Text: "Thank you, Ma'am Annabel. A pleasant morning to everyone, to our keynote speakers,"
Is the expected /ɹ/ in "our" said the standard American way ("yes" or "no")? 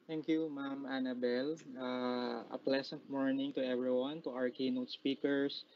yes